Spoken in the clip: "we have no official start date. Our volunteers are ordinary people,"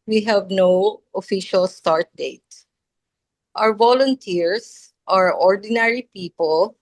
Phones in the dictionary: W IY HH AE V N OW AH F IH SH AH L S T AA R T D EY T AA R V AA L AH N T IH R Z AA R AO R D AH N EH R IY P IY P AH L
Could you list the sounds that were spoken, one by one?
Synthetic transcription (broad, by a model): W IY HH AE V N OW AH F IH SH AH L S T AA R T D EY T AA W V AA L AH N T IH R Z AA R AO R D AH N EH R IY P IY P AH L